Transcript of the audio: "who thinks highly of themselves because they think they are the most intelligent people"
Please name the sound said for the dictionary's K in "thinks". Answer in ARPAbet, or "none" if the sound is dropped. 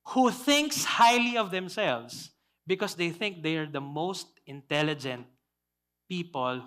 K